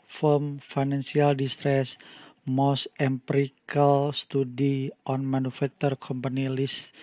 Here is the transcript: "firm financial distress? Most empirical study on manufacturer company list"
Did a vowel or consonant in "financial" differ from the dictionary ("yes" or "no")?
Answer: yes